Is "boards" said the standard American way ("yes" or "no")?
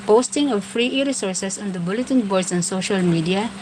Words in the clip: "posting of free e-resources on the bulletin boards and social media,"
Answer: no